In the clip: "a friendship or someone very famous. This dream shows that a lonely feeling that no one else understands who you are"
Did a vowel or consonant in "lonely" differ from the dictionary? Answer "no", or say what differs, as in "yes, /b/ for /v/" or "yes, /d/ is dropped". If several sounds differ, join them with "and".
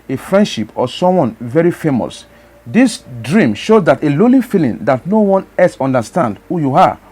yes, /n/ is dropped